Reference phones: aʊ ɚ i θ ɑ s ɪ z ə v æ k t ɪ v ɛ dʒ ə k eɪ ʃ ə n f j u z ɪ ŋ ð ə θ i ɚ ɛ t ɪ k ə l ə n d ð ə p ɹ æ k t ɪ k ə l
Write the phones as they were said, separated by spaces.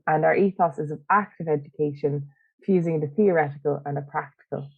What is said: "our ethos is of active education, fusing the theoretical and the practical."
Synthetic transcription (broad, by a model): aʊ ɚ i θ ɑ s ɪ z ə v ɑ k t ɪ v ɛ dʒ ə k eɪ ʃ ə n f j u z ɪ ŋ ð ə θ i ɚ ɛ t ɪ k ə l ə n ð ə p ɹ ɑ k t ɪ k ə l